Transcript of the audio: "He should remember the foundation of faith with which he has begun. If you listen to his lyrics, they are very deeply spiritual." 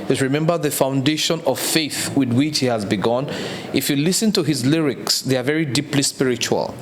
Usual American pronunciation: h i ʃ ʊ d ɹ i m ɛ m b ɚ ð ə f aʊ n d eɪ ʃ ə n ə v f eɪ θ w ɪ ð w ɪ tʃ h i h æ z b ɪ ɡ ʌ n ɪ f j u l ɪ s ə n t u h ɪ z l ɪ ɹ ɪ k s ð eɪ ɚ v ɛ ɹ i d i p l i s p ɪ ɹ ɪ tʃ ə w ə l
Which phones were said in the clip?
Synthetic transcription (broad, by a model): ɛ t ɹ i m ɛ m b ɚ ð ə f aʊ n d eɪ ʃ ə n ə v f eɪ θ w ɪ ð w ɪ tʃ h i h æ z b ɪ ɡ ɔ n ɪ f j u l ɪ s ə n t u h ɪ z l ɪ ɹ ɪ k s ð eɪ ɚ v ɛ ɹ i d i p l i s p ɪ ɹ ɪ tʃ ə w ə l